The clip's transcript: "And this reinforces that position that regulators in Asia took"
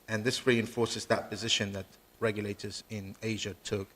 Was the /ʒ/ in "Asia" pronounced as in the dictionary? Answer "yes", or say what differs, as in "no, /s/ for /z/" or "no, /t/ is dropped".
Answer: yes